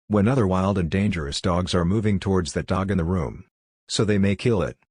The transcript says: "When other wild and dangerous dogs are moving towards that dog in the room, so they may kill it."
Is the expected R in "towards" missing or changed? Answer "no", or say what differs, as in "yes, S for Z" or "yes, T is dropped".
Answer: no